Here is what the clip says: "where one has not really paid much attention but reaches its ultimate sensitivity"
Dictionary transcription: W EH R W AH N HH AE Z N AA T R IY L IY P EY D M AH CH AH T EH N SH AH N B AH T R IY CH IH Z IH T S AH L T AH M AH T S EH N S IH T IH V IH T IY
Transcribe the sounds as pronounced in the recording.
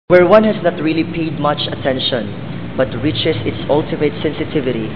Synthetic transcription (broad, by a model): W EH R W AH N HH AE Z N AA T R IY L IY P EY D M AH CH AH T EH N SH AH N B AH T R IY CH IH S IH T S AH L T AH M AH T S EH N S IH T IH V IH T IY